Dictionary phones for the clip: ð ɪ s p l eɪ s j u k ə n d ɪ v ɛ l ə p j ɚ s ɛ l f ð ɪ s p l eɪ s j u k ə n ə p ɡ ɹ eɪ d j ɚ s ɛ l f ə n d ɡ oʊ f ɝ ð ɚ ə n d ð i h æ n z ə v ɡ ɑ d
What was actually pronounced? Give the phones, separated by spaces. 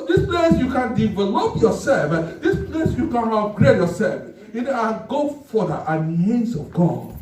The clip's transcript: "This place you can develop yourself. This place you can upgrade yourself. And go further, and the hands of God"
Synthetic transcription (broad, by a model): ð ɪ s p l eɪ s j u k ə n d ɪ v ɛ l ə p j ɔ s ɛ l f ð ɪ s p l eɪ s j u k ə n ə ɡ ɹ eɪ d j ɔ s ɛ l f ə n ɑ ɡ oʊ f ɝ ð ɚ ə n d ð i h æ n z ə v ɡ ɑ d